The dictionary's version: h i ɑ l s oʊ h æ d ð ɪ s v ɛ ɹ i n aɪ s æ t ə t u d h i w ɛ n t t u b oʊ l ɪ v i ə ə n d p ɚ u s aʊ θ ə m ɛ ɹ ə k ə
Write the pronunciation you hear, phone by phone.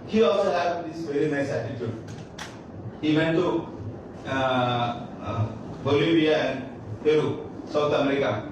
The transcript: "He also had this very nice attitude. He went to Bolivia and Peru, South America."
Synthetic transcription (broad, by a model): h i ɑ l s oʊ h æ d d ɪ s v ɛ ɹ i n aɪ s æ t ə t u d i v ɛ n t t u b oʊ l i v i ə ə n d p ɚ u s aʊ t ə m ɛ ɹ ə k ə